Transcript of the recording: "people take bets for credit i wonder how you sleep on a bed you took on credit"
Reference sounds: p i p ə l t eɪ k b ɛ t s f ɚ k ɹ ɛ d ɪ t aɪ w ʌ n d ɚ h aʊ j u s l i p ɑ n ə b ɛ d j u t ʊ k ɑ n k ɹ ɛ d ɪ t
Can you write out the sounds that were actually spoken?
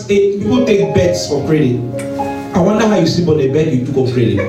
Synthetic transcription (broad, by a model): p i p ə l t eɪ k b ɛ t s f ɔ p ɹ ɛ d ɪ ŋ aɪ w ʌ n d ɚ h aʊ j u s i b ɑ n ə b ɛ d j u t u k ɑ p ɹ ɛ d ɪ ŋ